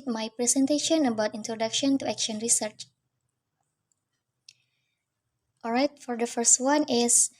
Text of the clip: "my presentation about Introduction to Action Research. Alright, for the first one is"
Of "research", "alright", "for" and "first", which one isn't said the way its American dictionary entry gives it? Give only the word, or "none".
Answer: none